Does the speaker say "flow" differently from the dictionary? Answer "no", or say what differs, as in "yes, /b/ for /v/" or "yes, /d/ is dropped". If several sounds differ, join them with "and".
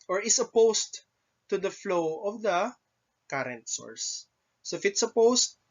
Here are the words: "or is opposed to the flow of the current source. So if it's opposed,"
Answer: no